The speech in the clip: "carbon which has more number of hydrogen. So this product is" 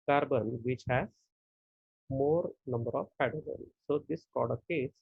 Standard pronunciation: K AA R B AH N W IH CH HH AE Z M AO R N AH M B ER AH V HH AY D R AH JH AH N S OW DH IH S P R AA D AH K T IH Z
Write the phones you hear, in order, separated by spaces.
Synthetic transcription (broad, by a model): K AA R B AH N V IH CH HH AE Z M AO R N AH M B ER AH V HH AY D AH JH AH N S OW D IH S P R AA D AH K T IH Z